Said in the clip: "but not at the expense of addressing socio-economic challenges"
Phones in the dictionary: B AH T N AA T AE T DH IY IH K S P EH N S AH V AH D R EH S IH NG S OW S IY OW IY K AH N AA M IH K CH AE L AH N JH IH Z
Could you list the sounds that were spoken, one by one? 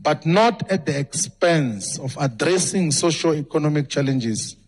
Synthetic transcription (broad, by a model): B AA T N AA T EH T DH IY IH K S P EH N S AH F AH D R EH S IH NG S OW SH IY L IY K AH N AA M IH K CH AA L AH N JH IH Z